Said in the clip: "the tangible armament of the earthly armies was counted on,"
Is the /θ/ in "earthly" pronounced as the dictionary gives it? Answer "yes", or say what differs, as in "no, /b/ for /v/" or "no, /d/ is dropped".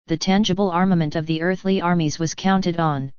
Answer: yes